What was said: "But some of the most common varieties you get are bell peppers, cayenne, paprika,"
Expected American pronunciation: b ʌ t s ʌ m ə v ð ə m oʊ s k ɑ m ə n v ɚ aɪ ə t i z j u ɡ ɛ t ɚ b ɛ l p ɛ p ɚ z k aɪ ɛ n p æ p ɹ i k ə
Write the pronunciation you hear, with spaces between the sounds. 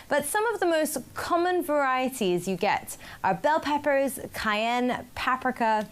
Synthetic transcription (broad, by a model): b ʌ t s ʌ m ə v ð ə m oʊ s k ɑ m ə n v ɚ aɪ ə t i z j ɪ ɡ ɛ t ɚ b ɛ l p ɛ p ɚ z k aɪ ɛ n p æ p ɹ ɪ k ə